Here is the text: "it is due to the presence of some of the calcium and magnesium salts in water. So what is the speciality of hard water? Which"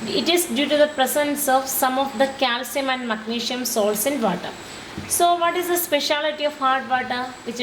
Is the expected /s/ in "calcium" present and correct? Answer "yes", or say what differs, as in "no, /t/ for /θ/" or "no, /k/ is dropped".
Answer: yes